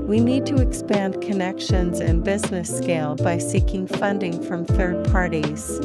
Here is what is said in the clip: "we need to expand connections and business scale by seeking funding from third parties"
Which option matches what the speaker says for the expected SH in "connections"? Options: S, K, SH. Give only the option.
SH